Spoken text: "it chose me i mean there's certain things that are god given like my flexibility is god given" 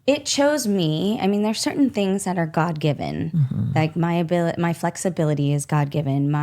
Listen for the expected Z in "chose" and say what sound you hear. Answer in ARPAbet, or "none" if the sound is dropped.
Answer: Z